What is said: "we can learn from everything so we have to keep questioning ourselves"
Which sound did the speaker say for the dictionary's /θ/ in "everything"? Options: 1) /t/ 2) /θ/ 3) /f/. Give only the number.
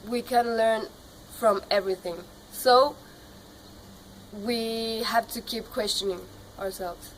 2